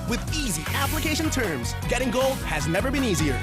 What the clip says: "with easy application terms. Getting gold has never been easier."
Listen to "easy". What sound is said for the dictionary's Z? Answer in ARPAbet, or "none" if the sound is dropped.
Z